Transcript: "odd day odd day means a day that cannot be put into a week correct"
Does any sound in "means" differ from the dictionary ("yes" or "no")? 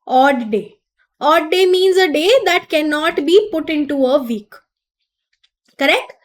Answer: no